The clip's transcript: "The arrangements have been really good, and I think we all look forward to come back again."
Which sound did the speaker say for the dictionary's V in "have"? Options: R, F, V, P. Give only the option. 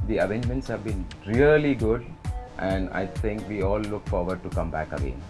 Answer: V